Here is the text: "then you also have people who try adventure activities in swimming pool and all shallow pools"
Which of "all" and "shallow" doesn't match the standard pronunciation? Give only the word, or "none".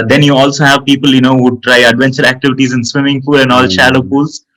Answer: none